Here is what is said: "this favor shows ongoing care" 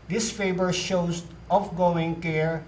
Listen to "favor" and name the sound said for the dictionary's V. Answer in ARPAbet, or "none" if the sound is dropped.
B